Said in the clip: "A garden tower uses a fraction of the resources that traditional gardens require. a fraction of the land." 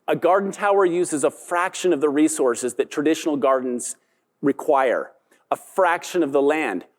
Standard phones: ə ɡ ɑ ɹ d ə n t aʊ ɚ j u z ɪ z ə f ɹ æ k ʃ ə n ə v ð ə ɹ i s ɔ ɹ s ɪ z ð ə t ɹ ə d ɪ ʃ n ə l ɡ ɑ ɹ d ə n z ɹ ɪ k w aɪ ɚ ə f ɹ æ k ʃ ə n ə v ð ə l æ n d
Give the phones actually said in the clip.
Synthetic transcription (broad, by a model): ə ɡ ɑ ɹ d n t aʊ ɚ j u z ɪ z ə f ɹ æ k ʃ ə n ə v ð ə ɹ i s ɔ ɹ s ɪ z ð ə t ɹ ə d ɪ ʃ n l ɡ ɑ ɹ d n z ɹ ɪ k w aɪ ɚ ə f ɹ æ k ʃ ə n ə v ð ə l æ n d